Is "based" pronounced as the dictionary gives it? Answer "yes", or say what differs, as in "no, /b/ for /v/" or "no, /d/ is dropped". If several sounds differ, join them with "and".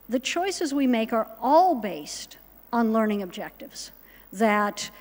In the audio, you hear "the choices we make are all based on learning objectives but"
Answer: yes